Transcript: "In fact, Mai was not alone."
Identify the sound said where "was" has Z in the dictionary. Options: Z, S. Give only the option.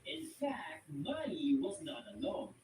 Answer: Z